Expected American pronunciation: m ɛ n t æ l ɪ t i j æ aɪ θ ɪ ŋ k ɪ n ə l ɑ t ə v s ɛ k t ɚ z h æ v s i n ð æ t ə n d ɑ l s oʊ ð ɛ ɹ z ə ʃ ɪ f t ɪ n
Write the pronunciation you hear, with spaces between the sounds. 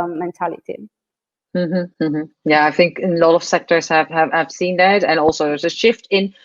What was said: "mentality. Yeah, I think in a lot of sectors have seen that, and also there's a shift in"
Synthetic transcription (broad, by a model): m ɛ n t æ l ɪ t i j æ aɪ θ ɪ ŋ k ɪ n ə l ɑ t ə v s ɛ k t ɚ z h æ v s i n ð æ t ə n ɑ l s oʊ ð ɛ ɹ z ə ʃ ɪ f t ɪ n